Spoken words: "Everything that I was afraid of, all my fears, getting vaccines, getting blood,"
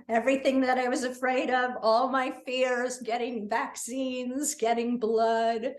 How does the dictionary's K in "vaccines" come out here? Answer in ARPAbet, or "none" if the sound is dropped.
K